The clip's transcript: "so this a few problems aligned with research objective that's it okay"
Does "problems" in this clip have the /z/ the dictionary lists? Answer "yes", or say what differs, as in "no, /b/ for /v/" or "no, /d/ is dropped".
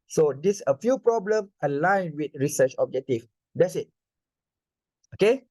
no, /z/ is dropped